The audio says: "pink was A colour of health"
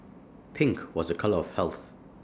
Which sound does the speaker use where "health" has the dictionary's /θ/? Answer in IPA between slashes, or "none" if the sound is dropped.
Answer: /θ/